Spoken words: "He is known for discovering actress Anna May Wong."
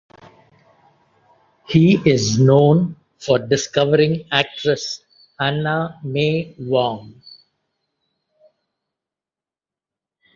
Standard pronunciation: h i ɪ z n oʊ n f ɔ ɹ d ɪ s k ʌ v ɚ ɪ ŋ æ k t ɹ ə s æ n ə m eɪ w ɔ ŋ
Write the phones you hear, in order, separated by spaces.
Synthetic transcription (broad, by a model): h i ɪ z n oʊ n f ɔ ɹ d ɪ s k ʌ v ɚ ɪ ŋ æ k t ɹ ə s æ n ə m eɪ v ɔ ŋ